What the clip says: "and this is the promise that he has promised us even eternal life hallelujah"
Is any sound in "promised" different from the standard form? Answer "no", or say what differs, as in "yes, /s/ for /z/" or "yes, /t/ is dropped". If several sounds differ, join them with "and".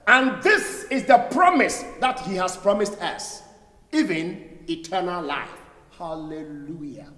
no